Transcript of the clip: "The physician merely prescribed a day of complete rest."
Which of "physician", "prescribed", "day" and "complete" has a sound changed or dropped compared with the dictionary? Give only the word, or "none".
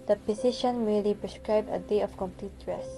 physician